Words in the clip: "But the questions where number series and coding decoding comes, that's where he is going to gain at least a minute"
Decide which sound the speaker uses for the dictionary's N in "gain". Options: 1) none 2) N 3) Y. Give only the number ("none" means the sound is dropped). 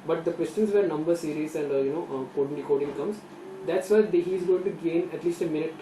2